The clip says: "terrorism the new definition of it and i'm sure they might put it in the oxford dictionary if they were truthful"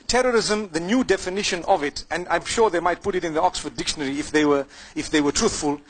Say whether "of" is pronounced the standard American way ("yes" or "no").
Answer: yes